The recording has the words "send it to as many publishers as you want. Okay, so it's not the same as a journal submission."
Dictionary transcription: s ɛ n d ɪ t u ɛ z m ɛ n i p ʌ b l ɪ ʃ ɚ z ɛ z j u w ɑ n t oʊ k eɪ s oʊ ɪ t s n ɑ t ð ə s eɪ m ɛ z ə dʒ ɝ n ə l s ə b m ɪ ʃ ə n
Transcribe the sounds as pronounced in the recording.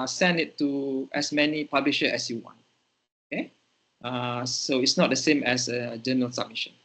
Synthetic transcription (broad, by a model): s ɛ n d ɪ t u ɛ s m ɛ n i p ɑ b l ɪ ʃ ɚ ɛ s j u w ɑ n t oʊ k eɪ s oʊ ɪ t s n ɑ t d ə s eɪ m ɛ s ə dʒ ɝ n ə l s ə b m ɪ ʃ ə n